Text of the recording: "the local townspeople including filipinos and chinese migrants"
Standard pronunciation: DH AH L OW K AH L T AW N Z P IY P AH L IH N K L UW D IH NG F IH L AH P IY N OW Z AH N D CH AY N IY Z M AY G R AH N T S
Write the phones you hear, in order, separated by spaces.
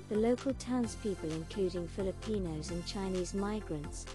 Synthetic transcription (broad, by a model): DH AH L OW K AH L T AW N Z P IY P AH L IH N K L UW D IH NG F IH L AH P IY N OW Z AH N CH AY N IY Z M AY G R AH N T S